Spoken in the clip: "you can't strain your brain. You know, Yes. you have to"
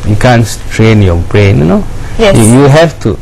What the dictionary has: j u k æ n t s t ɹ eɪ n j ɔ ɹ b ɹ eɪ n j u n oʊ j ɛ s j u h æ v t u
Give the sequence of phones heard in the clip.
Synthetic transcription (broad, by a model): j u k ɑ n s t ɹ eɪ n j ɔ b ɹ eɪ n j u n oʊ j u j u h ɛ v t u